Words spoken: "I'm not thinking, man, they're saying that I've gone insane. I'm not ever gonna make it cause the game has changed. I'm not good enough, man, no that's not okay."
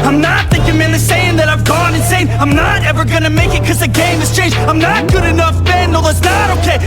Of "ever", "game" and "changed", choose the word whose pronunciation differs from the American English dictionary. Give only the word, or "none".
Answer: changed